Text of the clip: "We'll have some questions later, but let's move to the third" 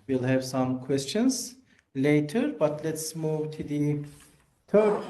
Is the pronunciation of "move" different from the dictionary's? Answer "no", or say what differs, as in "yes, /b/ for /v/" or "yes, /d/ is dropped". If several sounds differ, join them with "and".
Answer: no